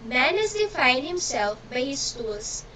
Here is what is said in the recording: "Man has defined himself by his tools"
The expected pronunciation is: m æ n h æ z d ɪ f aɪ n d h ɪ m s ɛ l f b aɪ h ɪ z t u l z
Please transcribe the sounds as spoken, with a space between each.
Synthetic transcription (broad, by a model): m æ n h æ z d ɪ f aɪ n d h ɪ m s ɛ l f b aɪ h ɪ s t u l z